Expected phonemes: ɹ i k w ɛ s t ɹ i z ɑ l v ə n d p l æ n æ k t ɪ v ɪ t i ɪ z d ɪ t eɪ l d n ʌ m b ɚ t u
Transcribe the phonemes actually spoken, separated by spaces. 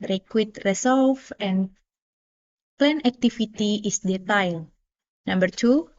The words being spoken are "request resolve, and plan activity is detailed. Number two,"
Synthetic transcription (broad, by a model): ɹ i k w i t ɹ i s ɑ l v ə n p l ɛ n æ k t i f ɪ t i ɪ s d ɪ t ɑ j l n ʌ m b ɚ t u